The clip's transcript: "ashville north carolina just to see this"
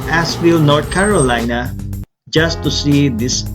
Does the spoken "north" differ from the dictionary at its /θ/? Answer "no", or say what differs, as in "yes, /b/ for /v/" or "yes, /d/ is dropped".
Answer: yes, /t/ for /θ/